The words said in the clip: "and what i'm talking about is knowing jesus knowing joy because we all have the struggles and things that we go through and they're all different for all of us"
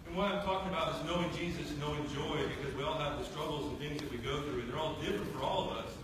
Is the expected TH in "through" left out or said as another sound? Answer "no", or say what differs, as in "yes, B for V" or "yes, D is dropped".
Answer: no